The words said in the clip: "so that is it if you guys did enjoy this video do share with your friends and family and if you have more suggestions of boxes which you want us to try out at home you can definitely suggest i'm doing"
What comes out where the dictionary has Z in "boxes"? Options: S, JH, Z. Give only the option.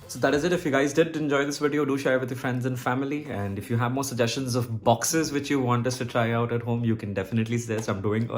Z